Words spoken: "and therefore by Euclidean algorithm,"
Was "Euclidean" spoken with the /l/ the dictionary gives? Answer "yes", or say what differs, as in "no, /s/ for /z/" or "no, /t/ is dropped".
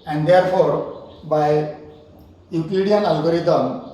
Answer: no, /l/ is dropped